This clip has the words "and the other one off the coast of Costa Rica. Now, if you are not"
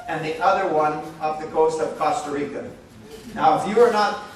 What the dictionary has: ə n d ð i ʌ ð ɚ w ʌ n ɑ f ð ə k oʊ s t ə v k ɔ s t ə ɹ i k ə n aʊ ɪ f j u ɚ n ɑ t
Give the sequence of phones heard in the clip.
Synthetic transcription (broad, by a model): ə n ð i ʌ ð ɚ w ʌ n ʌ p ð ə k oʊ s t ə v k ɔ s t ə ɹ i k ə n aʊ ɪ f j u ɚ n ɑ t